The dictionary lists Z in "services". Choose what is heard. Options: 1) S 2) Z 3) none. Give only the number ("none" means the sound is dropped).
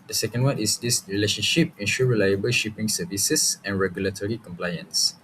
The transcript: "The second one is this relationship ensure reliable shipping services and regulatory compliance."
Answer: 1